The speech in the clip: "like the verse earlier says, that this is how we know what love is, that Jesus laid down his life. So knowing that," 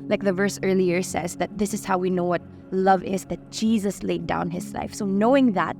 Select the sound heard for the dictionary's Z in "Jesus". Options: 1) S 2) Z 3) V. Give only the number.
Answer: 2